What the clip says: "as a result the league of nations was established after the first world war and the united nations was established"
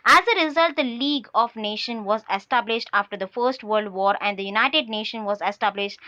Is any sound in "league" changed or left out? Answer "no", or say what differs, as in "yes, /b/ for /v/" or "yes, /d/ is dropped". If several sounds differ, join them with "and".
no